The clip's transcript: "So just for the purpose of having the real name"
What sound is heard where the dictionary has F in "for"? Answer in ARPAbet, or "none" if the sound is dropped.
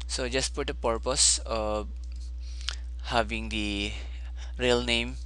P